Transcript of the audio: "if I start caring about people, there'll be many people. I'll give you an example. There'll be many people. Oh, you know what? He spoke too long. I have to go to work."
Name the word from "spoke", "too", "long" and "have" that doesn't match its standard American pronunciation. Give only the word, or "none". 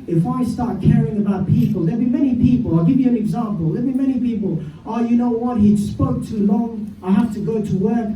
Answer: have